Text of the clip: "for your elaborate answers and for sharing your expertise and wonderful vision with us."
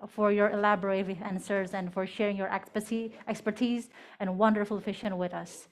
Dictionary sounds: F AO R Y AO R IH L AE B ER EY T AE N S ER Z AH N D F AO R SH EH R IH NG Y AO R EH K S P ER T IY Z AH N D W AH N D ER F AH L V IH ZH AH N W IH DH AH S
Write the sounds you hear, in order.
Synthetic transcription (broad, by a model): F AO R Y AO R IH L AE B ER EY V AE N S ER Z AH N D F AO R SH EH R IH NG Y AO R EH K S P ER T IY Z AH N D W AH N D ER F AH L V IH SH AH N W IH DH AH S